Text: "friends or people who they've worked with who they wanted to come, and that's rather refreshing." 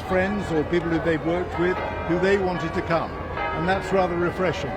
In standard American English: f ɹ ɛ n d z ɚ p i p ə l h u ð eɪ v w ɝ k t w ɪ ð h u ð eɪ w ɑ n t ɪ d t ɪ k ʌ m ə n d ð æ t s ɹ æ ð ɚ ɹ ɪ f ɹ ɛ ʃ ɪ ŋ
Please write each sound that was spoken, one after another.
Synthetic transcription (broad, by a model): f ɹ ɛ n d z ɚ p i p l h u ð eɪ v w ɝ k t w ɪ ð h u ð eɪ w ɑ n t ɪ d t ɪ k ʌ m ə n ð æ t s ɹ æ ð ɚ ɹ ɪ f ɹ ɛ ʃ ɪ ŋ